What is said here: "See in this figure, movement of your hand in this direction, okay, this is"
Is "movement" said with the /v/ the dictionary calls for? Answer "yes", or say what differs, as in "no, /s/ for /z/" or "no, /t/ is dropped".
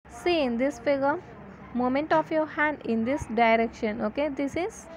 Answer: no, /v/ is dropped